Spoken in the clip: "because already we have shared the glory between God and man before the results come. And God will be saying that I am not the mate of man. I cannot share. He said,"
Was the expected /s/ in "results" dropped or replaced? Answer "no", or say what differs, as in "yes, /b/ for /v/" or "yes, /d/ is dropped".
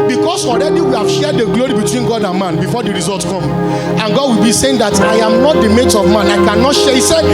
yes, /s/ is dropped